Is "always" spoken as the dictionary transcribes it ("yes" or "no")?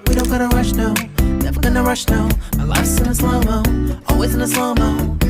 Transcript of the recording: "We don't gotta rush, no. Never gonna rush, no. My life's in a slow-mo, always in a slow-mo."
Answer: yes